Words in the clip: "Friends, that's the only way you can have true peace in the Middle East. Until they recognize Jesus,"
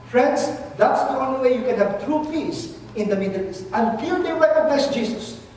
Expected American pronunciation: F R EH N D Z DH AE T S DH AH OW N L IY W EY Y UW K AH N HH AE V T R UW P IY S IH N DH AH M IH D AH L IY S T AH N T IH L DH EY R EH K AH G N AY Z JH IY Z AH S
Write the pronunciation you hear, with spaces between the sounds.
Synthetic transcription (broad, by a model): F R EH N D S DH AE T S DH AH OW N L IY W EY Y UW K AH N HH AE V T R UW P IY S IH N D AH M IH D AH L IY S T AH N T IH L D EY W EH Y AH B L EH S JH IY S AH S